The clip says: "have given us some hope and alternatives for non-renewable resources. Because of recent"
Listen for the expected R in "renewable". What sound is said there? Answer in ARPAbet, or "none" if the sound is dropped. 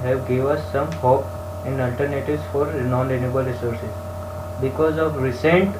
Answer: L